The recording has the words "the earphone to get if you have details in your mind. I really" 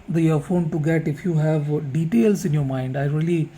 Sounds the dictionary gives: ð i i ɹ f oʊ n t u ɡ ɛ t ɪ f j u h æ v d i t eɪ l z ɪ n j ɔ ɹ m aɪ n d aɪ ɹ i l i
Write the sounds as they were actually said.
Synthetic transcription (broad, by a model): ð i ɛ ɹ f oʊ n t u ɡ ɛ t ɪ f j u h æ v d i t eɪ l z ɪ n j ɔ ɹ m aɪ n d aɪ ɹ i l i